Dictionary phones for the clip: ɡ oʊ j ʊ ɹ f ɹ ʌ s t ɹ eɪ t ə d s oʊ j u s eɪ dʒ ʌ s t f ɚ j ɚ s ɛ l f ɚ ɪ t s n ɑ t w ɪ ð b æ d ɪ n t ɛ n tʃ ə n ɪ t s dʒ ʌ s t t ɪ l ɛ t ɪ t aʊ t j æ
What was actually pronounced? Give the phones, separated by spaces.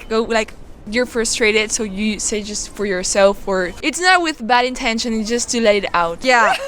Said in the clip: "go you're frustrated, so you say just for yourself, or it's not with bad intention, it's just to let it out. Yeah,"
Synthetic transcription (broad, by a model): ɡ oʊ j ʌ ɹ f ɹ ʌ s t ɹ eɪ t ə d s oʊ j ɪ s eɪ dʒ ʌ s t f ɚ j ɚ s ɛ l f ɚ ɪ t s n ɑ t w ɪ ð b æ d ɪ n t ɛ n ʃ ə n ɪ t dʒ ʌ s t t ɪ l ɛ t ɪ t aʊ t j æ